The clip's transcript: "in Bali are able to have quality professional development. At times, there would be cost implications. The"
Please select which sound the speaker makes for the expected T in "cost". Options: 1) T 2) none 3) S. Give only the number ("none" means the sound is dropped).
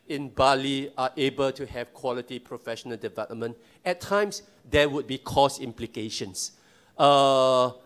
2